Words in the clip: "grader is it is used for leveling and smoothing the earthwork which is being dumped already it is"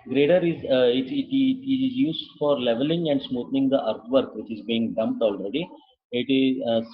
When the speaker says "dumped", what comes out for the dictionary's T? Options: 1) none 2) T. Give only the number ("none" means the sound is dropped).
2